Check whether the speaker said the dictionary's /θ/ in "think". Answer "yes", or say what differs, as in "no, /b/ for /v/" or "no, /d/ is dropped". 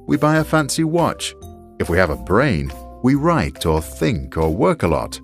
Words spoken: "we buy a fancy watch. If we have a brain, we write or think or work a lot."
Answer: yes